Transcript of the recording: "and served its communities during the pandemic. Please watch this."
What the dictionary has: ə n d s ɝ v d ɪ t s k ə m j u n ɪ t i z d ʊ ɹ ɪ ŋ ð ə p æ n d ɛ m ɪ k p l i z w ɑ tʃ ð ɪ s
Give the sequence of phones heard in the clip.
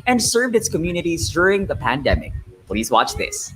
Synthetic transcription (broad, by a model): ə n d s ɝ v d ɪ t s k ə m j u n ɪ t i z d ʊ ɹ ɪ ŋ ð ə p æ n d ɛ m ɪ k p l i z w ɑ tʃ ð ɪ s